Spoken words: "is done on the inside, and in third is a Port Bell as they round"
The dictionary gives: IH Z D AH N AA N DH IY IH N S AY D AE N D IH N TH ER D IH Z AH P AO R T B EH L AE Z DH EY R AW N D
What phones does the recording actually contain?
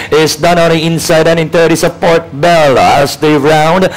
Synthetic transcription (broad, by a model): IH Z D AH N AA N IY IH N S AY D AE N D IH N T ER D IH S AH P AO R T B EH L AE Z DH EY R AW N D